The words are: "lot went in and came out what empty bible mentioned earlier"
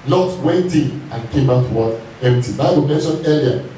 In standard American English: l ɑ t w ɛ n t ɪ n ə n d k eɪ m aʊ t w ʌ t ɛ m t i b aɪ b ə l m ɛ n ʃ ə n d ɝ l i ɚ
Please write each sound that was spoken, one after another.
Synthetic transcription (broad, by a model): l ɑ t w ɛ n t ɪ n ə n k eɪ m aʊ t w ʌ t ɛ m t i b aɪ ə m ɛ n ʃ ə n ɝ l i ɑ